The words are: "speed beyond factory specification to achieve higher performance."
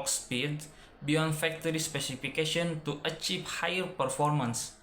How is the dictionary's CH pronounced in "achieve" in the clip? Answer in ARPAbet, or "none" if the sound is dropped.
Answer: CH